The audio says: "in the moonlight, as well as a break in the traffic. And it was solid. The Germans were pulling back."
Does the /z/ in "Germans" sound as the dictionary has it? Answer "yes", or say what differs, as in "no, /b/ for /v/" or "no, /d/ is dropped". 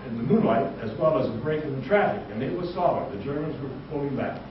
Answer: yes